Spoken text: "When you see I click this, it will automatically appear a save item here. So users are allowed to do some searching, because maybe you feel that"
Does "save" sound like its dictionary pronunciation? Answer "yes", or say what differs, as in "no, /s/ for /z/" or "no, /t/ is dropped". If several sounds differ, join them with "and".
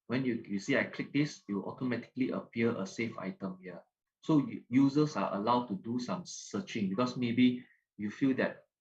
no, /f/ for /v/